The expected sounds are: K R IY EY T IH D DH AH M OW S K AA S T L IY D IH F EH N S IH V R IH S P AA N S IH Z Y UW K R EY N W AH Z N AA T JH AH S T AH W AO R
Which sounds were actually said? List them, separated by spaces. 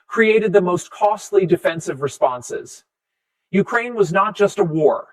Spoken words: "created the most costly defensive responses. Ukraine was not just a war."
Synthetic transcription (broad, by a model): K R IY EY T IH D DH AH M OW S K AA S T L IY D IH F EH N S IH V R IH S P AA N S IH Z Y UW K R EY N W AH Z N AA T JH AH S T AH W AO R